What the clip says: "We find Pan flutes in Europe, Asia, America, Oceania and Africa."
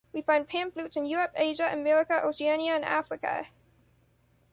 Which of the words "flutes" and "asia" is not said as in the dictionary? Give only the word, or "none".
none